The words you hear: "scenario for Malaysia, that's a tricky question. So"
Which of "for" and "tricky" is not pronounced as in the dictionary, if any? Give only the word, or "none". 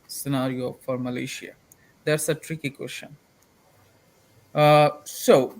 none